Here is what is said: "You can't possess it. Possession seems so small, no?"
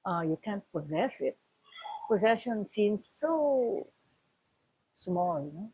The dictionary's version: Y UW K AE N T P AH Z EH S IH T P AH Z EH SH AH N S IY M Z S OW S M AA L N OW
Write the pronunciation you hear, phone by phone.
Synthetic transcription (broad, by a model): Y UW K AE N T P AH Z EH S IH T P AH Z EH SH AH N S IY M Z S OW S M AA L N OW